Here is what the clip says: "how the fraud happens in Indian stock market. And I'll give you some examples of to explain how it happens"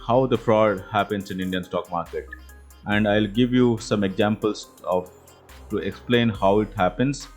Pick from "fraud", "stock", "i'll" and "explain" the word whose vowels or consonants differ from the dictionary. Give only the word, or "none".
none